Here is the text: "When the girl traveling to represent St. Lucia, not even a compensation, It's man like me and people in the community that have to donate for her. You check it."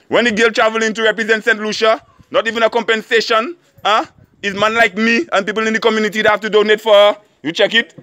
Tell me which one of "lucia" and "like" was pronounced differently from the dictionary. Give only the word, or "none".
none